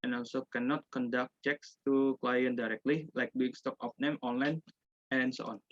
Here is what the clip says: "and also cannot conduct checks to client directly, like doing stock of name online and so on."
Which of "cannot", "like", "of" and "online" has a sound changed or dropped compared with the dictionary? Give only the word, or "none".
of